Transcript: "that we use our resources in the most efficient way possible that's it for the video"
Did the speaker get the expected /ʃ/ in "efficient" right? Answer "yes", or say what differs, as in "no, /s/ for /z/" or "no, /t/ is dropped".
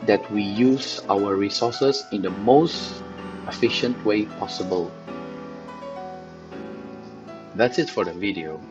yes